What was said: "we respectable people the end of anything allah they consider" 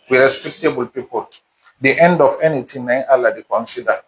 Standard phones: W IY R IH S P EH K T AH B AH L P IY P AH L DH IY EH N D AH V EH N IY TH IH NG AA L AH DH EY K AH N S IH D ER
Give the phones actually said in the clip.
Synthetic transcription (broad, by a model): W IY R IH S P EH K T AH B AH L P IY P AH L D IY EH N D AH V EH N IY T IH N AA L AH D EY K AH N S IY D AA